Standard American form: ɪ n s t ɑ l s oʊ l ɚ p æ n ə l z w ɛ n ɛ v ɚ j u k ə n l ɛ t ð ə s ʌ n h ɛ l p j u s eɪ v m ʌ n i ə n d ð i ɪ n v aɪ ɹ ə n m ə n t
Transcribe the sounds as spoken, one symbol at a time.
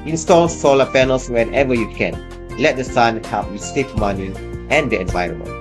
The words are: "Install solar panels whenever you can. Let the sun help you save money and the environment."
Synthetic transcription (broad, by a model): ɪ n s t ɑ l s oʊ l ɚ p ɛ n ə l s w ɛ n ɛ v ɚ j u k ə n l ɛ t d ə s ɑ n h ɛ p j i s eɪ f m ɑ n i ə n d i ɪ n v aɪ ɹ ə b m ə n